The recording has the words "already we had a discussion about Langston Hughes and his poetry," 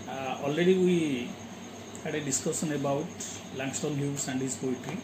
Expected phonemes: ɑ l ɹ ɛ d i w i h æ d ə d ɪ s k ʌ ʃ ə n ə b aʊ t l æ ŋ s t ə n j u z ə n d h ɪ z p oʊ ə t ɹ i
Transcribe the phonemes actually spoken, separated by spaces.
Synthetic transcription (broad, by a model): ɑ l ɹ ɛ d i w i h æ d ə d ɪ s k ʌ s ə n ə b aʊ t l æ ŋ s t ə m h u s ə n d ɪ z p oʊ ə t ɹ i